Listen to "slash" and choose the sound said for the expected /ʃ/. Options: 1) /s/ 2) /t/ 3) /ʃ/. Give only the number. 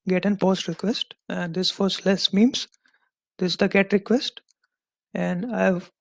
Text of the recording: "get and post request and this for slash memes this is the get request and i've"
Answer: 1